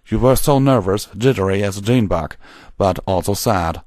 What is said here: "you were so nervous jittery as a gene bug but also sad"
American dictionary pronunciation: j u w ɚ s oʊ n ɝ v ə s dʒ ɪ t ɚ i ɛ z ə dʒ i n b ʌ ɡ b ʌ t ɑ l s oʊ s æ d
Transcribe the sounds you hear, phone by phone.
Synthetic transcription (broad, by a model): j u w ɚ s oʊ n ɝ v ə s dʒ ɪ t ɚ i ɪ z ə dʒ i n b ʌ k b ʌ t ɑ l s oʊ s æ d